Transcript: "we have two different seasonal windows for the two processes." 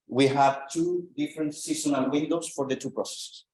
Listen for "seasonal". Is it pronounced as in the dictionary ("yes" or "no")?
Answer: no